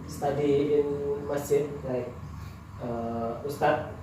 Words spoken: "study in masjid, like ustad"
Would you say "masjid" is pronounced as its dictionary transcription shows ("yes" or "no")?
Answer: no